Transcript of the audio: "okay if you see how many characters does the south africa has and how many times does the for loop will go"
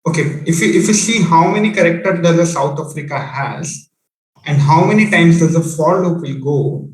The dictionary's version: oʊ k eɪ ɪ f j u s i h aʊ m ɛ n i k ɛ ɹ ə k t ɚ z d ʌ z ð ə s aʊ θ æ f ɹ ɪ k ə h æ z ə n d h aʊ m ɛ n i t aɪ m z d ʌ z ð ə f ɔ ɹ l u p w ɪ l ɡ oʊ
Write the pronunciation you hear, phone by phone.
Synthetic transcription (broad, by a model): oʊ k eɪ ɪ f j u s i h aʊ m ɛ n i k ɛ ɹ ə k t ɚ d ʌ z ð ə s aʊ t æ f ɹ ɪ k ə h æ z ə n d h aʊ m ɛ n i t aɪ m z d ʌ z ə f ɔ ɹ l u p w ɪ l ɡ oʊ